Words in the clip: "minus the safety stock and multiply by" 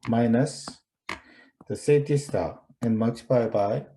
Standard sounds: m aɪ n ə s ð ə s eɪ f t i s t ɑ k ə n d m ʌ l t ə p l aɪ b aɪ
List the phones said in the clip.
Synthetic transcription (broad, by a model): m aɪ n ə s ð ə s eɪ t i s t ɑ ə n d m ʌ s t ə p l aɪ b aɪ